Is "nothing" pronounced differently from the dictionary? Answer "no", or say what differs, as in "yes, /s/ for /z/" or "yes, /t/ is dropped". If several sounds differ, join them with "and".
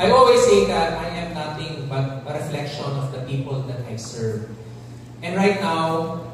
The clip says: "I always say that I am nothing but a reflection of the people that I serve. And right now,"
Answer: yes, /t/ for /θ/